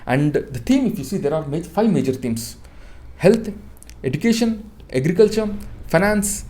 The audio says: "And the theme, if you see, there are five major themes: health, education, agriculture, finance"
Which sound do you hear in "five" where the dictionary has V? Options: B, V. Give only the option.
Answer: V